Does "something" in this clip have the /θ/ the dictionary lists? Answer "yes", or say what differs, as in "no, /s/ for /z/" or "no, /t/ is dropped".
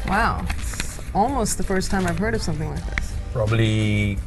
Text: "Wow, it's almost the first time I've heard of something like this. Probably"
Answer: yes